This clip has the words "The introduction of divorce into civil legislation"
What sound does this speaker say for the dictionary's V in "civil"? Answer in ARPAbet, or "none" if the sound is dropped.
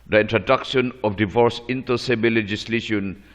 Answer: B